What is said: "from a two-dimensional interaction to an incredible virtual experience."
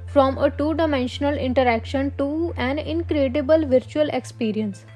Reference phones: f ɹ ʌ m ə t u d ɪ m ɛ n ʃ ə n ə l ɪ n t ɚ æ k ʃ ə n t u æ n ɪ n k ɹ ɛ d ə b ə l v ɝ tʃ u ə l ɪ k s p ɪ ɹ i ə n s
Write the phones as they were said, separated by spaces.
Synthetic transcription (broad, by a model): f ɹ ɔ m ə t u d ɪ m ɛ n ʃ ə n ə l ɪ n t ɚ æ k ʃ ə n t u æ n ɪ n k ɹ ɛ d ə b ə l v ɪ tʃ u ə l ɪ k s p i ɹ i ə n s